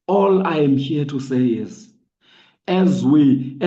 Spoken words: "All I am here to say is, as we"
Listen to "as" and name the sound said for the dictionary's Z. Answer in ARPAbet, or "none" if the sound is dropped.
Z